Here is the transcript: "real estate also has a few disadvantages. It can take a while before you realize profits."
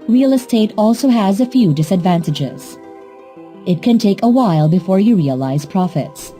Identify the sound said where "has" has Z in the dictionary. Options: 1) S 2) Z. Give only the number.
2